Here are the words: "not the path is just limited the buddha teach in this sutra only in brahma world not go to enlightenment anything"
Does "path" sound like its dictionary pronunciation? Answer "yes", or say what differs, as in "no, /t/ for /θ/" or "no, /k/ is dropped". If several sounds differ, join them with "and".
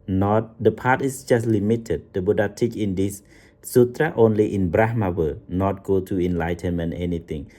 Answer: no, /t/ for /θ/